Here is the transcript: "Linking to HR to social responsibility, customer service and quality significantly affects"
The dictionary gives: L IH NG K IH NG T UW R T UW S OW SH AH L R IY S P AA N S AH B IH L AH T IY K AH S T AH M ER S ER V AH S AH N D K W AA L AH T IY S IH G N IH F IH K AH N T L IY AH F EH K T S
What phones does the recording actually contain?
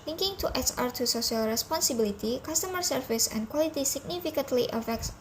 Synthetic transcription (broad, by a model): L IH NG K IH NG T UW R T UW S OW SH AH L R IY S P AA N S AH B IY L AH T IY K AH S T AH M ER S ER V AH S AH N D K W AA L AH T IY S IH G N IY F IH K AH N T L IY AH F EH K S